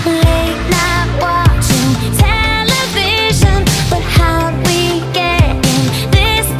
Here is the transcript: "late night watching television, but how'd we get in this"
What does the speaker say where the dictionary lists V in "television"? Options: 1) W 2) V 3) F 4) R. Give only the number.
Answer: 2